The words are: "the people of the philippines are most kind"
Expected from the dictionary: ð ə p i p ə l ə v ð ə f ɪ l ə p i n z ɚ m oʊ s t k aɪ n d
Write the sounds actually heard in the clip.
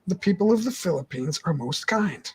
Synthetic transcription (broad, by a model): ð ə p i p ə l ə v ð ə f ɪ l ə p i n z ɚ m oʊ s t k aɪ n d